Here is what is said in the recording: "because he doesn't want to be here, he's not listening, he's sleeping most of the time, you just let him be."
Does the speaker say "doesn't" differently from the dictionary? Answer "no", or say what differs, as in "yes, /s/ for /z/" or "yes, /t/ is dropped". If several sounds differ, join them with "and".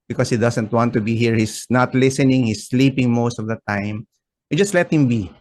yes, /s/ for /z/